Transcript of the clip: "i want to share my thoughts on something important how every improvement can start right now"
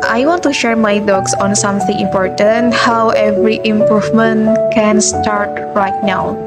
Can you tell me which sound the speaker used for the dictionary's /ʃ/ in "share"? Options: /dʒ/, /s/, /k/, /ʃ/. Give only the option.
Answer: /ʃ/